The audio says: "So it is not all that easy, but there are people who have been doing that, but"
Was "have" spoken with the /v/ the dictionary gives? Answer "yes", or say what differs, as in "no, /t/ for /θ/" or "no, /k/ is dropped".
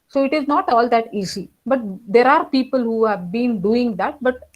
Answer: yes